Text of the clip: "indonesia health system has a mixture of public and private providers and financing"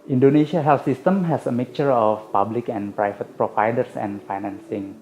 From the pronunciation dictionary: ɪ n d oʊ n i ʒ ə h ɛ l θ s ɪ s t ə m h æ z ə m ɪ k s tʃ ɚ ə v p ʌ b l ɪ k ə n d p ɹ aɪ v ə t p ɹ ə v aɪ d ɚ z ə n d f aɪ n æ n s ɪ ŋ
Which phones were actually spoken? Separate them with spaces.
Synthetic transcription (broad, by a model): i n d oʊ n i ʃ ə h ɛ l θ s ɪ s t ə m h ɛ s ə m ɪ k tʃ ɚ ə f p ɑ b l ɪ k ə n p ɹ aɪ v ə t p ɹ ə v aɪ d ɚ s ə n f aɪ n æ n s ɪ ŋ